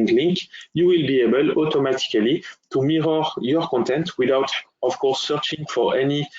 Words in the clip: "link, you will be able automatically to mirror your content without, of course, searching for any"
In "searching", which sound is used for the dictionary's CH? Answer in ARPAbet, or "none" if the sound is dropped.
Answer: CH